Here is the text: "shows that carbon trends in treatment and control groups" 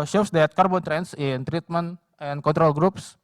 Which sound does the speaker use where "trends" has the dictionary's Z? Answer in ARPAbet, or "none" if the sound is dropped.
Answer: S